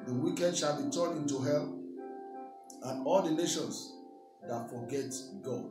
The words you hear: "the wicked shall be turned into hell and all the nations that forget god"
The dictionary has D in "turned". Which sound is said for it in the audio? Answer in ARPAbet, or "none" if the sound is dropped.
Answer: none